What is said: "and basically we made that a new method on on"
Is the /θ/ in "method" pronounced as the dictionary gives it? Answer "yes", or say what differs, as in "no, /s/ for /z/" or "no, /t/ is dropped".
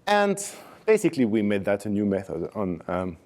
yes